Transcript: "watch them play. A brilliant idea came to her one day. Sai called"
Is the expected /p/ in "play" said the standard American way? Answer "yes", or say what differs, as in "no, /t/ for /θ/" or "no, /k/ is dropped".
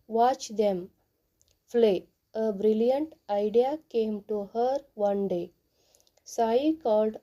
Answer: no, /f/ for /p/